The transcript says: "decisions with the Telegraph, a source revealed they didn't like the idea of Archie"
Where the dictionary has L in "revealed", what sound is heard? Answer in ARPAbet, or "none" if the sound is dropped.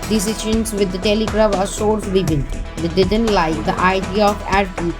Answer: N